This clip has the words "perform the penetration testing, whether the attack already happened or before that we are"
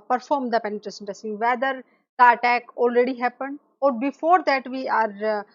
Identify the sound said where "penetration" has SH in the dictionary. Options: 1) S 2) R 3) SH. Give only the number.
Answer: 1